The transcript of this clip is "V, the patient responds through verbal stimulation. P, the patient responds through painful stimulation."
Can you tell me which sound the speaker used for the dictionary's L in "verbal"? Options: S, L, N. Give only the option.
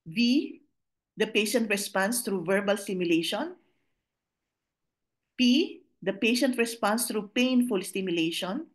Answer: L